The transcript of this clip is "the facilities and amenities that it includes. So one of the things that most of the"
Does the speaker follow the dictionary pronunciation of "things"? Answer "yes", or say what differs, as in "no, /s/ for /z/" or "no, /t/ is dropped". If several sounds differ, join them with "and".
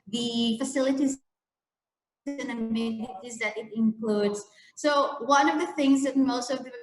yes